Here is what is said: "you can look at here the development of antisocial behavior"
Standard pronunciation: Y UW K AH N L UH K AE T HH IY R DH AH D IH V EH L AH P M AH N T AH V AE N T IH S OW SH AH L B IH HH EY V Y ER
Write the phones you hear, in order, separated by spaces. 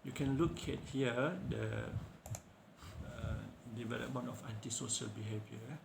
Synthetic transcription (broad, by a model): Y UW K AH N L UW K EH T HH IY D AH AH D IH V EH L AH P M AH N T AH F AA N T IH S OW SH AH L B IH HH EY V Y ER